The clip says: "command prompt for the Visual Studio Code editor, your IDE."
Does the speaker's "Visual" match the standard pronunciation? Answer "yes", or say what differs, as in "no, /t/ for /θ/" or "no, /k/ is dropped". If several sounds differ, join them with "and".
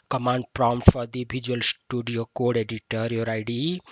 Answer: no, /b/ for /v/